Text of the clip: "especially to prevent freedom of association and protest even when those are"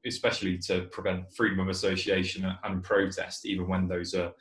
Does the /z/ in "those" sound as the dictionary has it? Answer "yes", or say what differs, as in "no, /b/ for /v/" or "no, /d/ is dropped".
yes